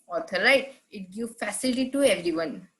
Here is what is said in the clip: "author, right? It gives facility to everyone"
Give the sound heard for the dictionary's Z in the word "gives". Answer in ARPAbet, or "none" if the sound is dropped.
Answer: none